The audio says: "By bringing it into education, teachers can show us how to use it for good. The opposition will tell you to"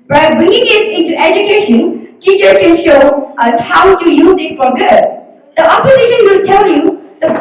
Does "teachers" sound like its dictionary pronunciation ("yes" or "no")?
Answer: no